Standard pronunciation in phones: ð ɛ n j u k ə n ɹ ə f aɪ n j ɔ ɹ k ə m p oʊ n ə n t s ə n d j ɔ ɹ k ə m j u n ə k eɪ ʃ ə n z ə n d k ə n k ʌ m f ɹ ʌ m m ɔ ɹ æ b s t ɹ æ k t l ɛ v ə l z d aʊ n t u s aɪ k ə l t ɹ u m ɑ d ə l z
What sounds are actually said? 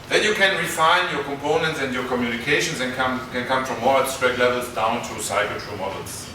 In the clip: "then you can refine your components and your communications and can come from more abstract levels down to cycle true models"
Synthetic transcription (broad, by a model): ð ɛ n j u k ə n ɹ ə f aɪ n j ɔ ɹ k ə m p oʊ n ə n t s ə n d j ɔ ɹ k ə m j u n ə k eɪ ʃ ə n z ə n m k ə n k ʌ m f ɹ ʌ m m ɔ ɹ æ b s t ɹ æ k t l ɛ v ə l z d aʊ n t u s aɪ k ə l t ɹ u m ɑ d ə l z